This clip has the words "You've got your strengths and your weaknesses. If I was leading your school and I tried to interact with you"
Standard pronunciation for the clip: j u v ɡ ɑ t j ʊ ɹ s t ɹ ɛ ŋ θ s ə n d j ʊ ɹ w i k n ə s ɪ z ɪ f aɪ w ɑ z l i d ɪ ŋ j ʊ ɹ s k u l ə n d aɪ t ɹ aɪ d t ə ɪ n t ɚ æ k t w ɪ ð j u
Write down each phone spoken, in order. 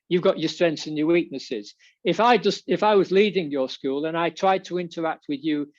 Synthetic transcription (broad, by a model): j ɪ v ɡ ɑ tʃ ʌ ɹ s t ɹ ɛ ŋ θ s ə n j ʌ ɹ w i k n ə s ɪ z ɪ f aɪ w ɑ z l i d ɪ ŋ j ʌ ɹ s k u l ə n aɪ t ɹ aɪ d t ə ɪ n t ɚ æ k t w ɪ ð j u